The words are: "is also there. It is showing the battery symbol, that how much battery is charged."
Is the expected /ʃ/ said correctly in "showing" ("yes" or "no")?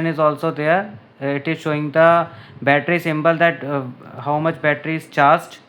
yes